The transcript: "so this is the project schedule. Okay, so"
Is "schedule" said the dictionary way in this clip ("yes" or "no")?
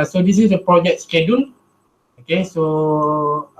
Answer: no